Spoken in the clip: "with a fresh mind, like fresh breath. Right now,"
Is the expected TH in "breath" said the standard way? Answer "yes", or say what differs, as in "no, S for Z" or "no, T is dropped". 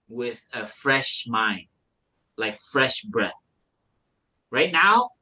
yes